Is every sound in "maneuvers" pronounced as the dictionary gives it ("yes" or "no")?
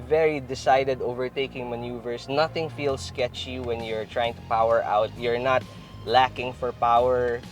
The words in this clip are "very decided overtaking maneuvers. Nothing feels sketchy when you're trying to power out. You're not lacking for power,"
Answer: no